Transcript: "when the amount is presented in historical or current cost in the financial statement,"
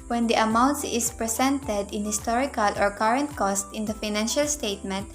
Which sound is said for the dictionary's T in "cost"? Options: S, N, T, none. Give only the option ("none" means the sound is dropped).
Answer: T